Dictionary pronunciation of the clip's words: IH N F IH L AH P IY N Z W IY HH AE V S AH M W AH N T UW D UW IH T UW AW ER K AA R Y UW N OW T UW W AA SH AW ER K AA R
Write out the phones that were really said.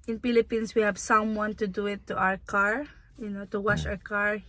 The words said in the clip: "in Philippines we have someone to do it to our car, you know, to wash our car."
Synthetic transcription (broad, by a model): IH N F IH L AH P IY N S W IY HH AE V S AH M W AH N T UW D UW IH T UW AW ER K AA R Y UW N OW T UW W AA SH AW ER K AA R